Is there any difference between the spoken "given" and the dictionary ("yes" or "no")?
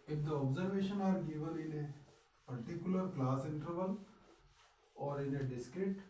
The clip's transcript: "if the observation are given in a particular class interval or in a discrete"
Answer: yes